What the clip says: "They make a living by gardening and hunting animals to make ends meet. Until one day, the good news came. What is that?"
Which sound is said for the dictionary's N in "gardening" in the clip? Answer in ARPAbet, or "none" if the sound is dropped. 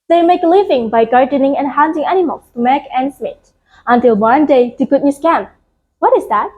N